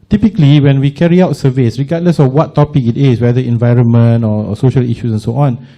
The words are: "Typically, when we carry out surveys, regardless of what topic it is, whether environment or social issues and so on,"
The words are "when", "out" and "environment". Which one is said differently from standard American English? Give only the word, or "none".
none